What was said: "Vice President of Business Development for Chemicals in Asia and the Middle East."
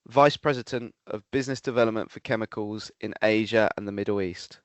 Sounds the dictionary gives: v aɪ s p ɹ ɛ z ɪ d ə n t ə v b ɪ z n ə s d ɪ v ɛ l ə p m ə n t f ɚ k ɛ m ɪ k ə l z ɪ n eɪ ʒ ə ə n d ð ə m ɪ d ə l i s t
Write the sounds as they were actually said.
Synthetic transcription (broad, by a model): v aɪ s p ɹ ɛ z ɪ d ə n t ə v b ɪ z n ə s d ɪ v ɛ l ə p m ə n t f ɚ k ɛ m ɪ k ə l z ɪ n eɪ ʒ ə ə n ð ə m ɪ d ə l i s t